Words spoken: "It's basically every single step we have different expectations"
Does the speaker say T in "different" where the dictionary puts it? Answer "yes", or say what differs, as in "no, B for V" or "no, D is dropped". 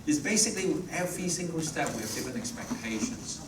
no, T is dropped